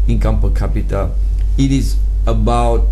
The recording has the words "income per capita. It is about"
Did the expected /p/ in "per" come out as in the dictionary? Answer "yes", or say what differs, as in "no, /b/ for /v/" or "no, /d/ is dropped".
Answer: no, /f/ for /p/